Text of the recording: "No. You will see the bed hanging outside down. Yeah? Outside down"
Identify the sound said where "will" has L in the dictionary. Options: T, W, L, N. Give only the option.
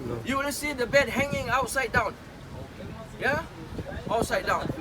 N